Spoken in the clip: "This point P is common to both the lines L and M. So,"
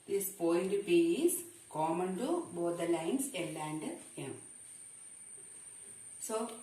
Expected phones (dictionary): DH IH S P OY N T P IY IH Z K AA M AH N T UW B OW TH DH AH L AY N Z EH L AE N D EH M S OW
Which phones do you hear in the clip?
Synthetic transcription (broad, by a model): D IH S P OY L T P IY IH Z K AA M AH N T UW B OW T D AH L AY N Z EH L AE N D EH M S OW